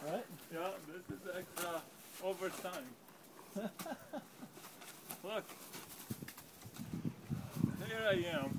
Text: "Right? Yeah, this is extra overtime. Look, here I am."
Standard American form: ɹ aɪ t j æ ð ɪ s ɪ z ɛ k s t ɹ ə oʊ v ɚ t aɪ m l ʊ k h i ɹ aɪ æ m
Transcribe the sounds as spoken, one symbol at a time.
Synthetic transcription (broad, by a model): ɹ aɪ t j æ ð ɪ s ɪ z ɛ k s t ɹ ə oʊ v ɚ s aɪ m l ʊ k h i ɹ aɪ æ m